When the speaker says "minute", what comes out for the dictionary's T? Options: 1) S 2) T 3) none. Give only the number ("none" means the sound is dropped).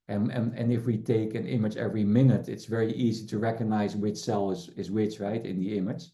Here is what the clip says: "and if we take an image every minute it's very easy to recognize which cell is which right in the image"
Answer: 2